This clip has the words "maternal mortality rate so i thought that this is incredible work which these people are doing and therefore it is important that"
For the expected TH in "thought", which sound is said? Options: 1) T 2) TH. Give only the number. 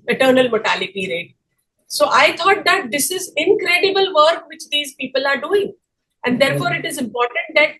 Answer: 1